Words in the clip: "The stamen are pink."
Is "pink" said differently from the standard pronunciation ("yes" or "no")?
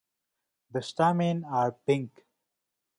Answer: no